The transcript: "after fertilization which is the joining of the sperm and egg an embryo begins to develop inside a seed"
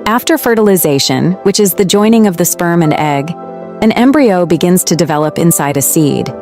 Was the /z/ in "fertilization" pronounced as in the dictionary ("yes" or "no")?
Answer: yes